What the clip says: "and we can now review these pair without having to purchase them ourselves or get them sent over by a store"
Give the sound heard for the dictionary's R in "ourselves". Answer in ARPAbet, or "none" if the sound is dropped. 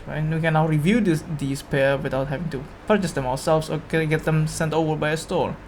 W